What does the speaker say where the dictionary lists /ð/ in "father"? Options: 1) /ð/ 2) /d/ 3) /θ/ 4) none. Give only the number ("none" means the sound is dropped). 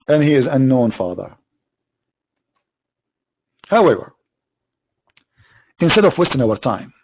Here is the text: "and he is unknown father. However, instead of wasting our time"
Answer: 1